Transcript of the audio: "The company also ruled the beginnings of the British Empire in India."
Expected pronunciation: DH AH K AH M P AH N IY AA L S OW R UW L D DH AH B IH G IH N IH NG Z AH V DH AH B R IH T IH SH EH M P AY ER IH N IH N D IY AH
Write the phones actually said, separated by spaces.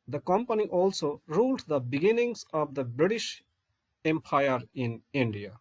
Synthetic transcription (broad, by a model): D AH K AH M P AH N IY AA L S OW R UW L D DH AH B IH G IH N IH NG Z AH V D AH B R IH T IH SH EH M P AY ER IH N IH N D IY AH